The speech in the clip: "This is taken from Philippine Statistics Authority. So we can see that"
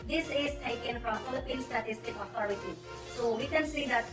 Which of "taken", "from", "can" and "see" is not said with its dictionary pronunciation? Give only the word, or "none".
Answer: from